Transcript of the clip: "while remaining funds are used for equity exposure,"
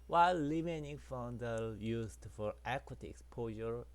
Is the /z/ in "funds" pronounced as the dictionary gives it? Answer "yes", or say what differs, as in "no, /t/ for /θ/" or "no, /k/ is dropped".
no, /z/ is dropped